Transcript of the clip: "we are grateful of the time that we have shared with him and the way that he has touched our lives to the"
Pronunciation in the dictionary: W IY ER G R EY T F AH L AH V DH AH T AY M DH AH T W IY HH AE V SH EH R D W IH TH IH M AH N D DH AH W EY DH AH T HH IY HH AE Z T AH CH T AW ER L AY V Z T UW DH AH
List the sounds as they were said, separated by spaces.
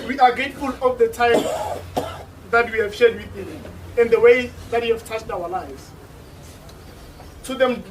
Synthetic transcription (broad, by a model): W IY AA G EY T F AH L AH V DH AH T AY M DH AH T W IY HH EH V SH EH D W IH TH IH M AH N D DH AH W EY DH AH T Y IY HH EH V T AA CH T AW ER L AY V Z T UW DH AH